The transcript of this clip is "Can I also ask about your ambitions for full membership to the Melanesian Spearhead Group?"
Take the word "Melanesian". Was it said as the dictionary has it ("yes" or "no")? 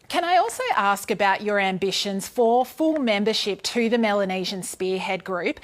yes